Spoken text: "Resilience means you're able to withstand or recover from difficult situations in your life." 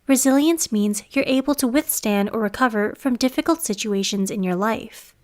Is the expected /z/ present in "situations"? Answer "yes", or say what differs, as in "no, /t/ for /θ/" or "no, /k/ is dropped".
yes